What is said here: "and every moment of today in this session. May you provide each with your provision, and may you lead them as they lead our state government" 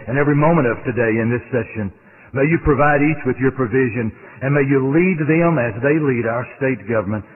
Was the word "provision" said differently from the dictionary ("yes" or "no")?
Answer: no